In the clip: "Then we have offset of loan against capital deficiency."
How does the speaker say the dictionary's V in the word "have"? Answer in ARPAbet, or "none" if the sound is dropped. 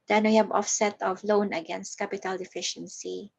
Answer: B